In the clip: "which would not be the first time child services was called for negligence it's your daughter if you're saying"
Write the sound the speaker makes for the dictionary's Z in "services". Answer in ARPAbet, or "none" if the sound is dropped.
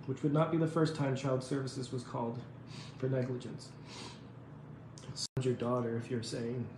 Z